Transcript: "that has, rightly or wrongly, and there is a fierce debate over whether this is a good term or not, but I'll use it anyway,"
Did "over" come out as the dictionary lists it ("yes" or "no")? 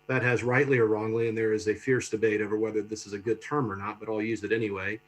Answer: yes